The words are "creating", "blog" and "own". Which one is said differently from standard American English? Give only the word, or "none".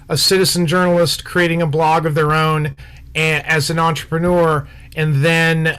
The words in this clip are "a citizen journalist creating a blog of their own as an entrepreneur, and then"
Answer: none